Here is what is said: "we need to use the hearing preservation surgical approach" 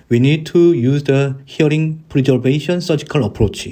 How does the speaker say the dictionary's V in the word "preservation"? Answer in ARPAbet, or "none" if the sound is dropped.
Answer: B